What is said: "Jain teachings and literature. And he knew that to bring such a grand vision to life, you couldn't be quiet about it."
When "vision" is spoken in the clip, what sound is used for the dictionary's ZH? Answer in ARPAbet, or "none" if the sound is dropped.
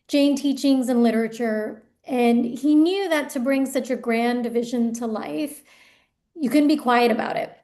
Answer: ZH